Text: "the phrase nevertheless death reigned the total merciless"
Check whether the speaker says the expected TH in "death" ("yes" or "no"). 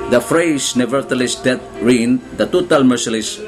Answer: no